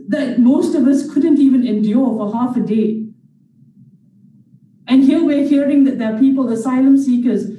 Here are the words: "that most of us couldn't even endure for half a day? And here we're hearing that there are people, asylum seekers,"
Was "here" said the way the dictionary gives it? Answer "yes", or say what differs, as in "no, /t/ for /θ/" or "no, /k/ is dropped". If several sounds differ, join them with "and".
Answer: no, /l/ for /ɹ/